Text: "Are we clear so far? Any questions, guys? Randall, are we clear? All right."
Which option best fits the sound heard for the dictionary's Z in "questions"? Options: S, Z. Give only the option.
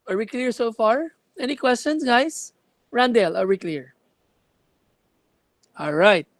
S